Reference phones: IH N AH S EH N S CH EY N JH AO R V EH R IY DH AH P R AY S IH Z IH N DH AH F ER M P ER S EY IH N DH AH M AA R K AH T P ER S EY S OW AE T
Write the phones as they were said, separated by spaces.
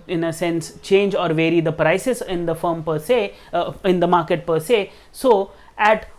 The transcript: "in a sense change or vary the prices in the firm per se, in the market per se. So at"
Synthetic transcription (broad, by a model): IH N AH S EH N S CH EY N JH AO R V EH R IY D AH P R AY S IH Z IH N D AH F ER M P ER S EY IH N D AH M AA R K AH T P ER S EY S OW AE T